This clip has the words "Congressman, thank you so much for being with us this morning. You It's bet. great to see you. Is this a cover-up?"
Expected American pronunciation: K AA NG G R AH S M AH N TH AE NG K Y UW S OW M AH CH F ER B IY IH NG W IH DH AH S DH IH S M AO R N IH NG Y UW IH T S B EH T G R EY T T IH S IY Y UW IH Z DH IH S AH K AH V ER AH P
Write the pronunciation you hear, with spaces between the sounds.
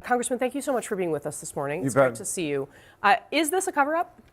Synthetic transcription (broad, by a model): K AA NG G R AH S M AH N TH AE NG K Y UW S OW M AH CH F ER B IY IH NG W IH DH AH S DH IH S M AO R N IH NG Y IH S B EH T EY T T IH S IY Y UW IH Z DH IH S AH K AH V ER AH P